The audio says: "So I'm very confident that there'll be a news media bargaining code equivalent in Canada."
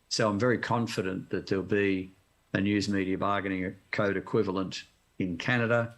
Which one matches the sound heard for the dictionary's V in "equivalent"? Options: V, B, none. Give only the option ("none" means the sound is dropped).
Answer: V